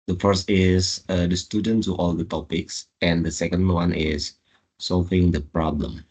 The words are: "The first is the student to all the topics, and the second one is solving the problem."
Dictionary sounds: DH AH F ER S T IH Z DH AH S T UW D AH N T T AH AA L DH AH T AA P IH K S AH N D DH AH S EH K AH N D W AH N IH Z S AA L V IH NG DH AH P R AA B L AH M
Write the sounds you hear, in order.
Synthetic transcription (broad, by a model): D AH F ER S T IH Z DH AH S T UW D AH N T T AA L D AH T AA P IH K S AH N D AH S EH K AH N D W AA N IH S S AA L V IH NG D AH P R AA B L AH M